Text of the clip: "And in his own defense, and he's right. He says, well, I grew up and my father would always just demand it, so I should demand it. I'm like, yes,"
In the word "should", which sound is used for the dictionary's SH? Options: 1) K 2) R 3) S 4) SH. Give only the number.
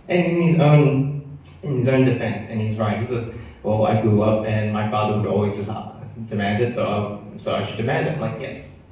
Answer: 3